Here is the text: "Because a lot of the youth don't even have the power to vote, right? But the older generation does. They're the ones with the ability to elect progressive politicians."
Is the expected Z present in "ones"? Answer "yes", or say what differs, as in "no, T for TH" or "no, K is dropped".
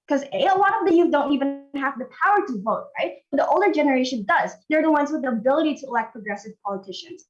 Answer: yes